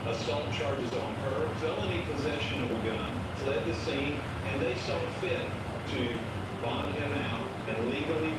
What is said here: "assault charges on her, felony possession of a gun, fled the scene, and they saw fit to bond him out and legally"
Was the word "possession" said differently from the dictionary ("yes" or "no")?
no